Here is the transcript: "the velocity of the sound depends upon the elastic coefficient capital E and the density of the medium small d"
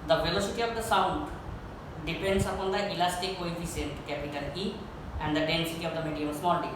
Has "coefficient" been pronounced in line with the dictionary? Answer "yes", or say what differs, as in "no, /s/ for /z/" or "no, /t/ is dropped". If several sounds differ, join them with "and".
no, /s/ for /ʃ/